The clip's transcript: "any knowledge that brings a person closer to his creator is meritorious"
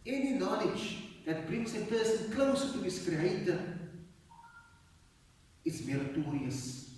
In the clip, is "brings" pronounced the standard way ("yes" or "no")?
no